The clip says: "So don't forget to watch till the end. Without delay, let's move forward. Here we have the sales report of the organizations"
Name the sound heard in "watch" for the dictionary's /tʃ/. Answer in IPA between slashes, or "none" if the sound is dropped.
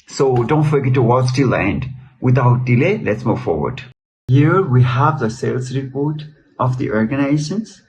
/s/